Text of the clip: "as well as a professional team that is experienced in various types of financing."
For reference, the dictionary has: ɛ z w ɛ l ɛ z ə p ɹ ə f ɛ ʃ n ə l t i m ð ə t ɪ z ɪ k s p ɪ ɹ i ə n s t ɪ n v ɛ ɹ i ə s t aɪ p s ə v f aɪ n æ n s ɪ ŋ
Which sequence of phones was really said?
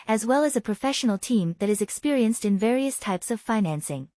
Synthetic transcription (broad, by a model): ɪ z w ɛ l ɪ z ə p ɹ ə f ɛ ʃ n l t i m ð ə t ɪ z ɪ k s p ɪ ɹ i ə n s t ɪ n v ɛ ɹ i ə s t aɪ p s ə v f aɪ n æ n s ɪ ŋ